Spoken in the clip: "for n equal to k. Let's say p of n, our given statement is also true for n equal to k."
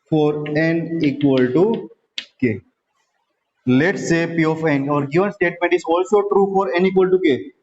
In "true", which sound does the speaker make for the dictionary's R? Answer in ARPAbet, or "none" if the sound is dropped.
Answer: R